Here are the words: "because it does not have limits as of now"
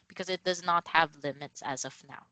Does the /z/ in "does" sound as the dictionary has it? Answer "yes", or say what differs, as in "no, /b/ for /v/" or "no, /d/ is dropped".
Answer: yes